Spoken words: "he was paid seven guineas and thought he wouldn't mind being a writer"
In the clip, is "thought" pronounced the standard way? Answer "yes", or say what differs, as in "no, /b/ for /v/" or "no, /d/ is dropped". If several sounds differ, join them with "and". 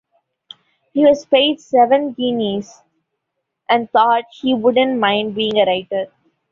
no, /t/ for /θ/